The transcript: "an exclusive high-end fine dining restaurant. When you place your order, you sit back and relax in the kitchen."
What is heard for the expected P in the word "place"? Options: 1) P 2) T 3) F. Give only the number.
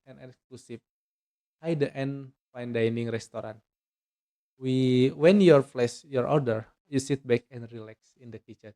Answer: 3